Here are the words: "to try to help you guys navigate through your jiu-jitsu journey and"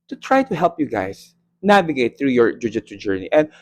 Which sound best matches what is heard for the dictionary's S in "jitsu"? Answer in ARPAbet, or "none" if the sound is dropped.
none